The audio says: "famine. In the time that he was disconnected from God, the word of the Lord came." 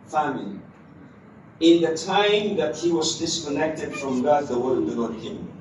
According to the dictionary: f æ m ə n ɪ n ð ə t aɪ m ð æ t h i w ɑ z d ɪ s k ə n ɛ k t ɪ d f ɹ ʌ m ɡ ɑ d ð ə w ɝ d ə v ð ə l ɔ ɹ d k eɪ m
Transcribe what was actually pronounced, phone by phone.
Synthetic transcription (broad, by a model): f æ m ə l ɪ n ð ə t aɪ m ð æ t h i w ɑ z d ɪ s k ə n ɛ k t ɪ d f ɹ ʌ m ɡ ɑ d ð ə w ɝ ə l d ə n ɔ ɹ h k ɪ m